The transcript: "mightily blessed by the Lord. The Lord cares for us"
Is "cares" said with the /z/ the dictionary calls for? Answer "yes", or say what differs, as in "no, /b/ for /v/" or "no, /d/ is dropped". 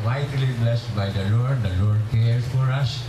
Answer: no, /s/ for /z/